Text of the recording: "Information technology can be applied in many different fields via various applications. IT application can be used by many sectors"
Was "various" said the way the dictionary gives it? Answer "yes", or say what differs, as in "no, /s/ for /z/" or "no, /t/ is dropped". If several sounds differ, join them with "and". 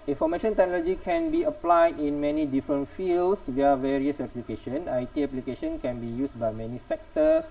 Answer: yes